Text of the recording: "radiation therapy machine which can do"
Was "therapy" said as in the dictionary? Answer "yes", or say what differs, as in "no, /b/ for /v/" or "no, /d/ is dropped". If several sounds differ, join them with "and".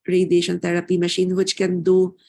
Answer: no, /t/ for /θ/